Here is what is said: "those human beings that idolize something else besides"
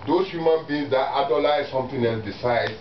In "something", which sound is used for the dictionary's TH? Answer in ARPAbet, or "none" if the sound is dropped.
T